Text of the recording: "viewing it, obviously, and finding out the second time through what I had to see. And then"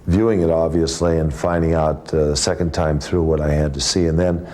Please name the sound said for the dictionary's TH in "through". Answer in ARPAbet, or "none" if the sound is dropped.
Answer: TH